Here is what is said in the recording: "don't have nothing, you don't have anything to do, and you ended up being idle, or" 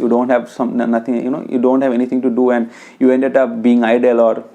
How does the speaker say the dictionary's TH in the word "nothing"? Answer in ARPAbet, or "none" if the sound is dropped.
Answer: T